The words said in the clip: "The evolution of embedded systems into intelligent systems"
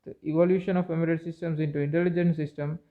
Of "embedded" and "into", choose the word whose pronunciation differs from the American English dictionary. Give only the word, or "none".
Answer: embedded